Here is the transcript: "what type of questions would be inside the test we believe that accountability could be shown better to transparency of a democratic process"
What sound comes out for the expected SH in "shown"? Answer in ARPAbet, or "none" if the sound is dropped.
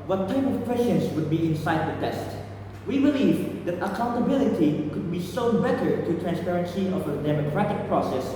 S